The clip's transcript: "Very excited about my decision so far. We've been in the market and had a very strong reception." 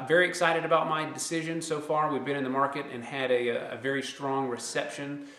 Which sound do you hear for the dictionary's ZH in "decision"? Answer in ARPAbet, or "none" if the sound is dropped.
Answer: ZH